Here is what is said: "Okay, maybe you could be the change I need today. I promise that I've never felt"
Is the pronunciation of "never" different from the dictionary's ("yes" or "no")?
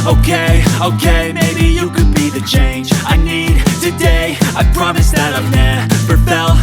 yes